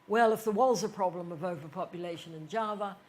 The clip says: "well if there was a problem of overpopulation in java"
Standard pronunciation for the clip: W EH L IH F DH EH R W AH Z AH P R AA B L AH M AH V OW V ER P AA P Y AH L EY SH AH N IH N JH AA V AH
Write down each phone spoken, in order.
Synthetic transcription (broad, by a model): W EH L IH F DH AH R W AH Z AH P R AA B L AH M AH V OW V ER P AA P Y AH L EY SH AH N IH N JH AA V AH